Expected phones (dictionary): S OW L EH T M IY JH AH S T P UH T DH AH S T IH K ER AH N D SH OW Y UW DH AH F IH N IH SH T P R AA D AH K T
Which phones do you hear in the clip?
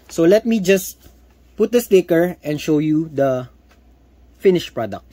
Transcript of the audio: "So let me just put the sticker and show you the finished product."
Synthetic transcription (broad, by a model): S OW L EH T M IY JH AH S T P UH T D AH S T IH K ER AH N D SH OW Y UW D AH F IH N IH SH P R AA D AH K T